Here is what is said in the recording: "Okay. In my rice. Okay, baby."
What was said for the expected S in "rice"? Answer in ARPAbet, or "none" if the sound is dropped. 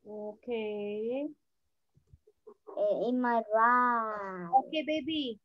none